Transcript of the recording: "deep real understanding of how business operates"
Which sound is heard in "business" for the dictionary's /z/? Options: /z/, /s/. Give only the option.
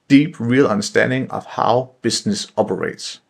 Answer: /s/